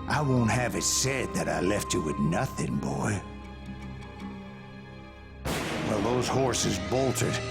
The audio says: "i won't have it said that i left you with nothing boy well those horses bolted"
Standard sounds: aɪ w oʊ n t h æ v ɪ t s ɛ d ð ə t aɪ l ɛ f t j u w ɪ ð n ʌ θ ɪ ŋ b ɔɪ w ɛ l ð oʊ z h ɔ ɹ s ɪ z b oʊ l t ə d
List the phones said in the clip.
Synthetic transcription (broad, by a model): aɪ w oʊ n t h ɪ v ɪ t s ɛ d ð ə t aɪ l ɛ f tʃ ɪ w ɪ ð n ʌ θ ɪ ŋ b ɔɪ w ɛ l ð oʊ z h ɔ ɹ s ɪ z b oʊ l t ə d